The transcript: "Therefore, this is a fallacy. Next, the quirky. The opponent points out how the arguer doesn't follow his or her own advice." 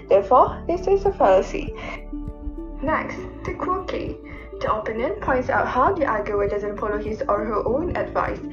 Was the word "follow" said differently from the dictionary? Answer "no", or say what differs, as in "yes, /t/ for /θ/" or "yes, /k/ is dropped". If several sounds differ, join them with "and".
yes, /p/ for /f/